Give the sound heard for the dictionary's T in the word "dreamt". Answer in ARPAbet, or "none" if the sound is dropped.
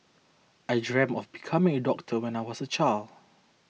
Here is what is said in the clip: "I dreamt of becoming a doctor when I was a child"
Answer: none